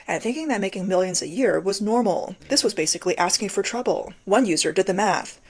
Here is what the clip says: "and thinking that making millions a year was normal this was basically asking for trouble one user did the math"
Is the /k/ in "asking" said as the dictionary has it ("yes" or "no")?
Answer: yes